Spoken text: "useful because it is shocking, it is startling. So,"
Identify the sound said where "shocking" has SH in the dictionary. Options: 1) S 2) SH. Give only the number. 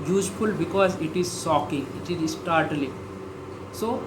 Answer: 1